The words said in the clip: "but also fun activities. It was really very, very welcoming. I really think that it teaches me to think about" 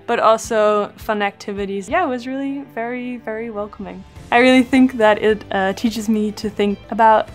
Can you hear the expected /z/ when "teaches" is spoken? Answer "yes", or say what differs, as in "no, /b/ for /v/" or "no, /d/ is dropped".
yes